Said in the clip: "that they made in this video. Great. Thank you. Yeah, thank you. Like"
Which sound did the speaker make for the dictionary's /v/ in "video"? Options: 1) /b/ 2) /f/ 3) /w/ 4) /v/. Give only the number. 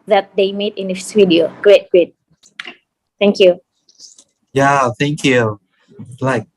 3